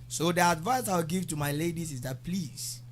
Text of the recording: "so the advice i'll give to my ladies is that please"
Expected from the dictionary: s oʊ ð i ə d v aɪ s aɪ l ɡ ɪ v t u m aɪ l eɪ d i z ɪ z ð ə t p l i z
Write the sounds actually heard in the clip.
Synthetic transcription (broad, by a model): s oʊ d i ə d v aɪ s aɪ w ɡ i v t u m aɪ l eɪ d i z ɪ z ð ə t p l i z